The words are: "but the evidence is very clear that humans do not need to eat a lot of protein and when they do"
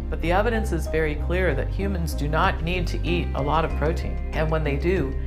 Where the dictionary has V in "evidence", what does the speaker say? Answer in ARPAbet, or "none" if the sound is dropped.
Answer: V